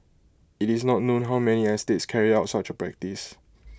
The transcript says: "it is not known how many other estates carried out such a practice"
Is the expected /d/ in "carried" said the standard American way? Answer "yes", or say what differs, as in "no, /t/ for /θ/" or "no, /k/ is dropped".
no, /d/ is dropped